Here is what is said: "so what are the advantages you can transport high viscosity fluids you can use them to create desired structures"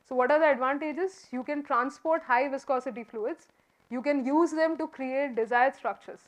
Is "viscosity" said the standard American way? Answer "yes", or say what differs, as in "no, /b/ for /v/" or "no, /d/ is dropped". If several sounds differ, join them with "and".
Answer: yes